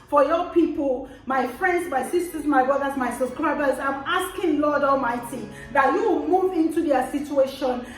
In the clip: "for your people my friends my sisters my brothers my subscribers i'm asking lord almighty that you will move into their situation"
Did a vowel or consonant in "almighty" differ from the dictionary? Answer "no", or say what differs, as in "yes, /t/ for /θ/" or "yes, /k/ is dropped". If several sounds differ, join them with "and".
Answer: no